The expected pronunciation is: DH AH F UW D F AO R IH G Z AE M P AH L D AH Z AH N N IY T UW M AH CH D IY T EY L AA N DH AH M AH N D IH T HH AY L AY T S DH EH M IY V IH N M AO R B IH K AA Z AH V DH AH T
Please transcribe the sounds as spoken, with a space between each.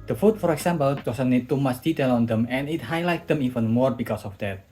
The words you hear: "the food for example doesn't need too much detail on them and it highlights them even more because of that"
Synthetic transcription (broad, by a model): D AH F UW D F AO R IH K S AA M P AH L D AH S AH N N IY T UW M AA S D IY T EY L AA N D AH M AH N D IH T HH AY L AY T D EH M IY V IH N M AO R B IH K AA S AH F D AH T